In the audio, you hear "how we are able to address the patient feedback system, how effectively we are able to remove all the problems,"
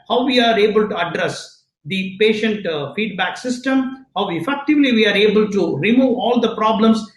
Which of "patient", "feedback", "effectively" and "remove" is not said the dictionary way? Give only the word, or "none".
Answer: none